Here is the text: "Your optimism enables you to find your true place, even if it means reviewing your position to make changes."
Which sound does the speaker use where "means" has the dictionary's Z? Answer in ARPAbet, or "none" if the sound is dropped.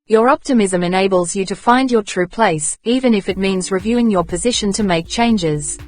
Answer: Z